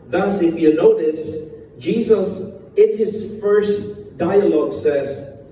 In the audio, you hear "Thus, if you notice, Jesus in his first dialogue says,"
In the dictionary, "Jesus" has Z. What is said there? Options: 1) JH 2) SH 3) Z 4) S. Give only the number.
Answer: 3